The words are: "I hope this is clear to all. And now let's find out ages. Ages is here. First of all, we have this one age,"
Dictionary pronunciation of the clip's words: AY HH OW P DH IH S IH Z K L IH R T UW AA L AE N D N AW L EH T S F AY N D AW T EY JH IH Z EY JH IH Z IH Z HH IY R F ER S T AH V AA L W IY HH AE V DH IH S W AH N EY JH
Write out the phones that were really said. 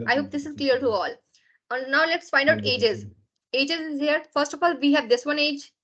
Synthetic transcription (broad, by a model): AY HH OW P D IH S IH Z K L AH R T UW AA L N N AW L EH T S F AY N D AW T EY JH IH Z EY JH IH Z IH Z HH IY R F ER S T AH F AA L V IY HH AE V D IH S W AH N EY JH